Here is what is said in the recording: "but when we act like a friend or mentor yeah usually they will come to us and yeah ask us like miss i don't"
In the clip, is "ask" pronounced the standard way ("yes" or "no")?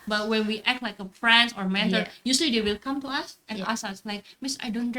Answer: no